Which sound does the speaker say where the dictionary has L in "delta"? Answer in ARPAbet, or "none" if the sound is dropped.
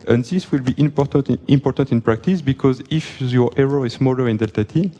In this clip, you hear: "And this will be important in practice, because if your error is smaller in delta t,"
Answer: L